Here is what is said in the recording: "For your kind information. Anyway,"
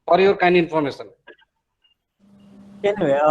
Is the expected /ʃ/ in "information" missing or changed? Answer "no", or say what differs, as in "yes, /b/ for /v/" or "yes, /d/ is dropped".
yes, /s/ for /ʃ/